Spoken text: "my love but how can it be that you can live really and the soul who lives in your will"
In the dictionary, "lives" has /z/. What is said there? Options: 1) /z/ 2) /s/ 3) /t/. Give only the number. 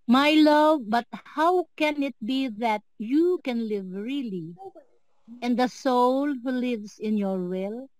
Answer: 2